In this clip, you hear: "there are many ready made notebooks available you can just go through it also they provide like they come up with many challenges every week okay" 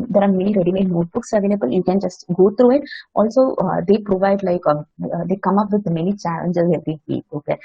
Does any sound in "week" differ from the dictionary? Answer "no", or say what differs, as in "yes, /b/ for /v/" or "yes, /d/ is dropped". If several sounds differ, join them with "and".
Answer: yes, /k/ is dropped